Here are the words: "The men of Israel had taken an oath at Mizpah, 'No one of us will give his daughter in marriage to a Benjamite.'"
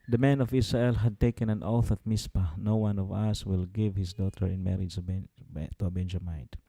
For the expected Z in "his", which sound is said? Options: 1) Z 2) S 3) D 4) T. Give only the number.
2